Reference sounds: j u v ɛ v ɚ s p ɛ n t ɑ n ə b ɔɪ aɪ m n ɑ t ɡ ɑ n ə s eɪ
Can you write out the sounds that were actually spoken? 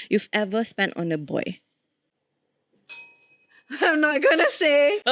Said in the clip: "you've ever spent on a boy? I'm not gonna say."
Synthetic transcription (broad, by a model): j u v ɛ v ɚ s p ɛ n t ɑ n ə b ɔɪ aɪ m n ɑ t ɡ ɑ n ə s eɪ